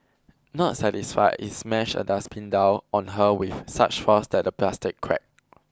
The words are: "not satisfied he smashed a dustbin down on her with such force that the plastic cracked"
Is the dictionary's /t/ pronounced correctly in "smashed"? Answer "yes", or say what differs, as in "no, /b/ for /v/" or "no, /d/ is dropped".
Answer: no, /t/ is dropped